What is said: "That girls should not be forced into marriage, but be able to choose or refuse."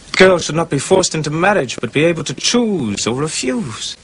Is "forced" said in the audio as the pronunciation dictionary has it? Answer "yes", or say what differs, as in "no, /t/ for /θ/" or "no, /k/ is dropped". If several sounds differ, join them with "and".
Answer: yes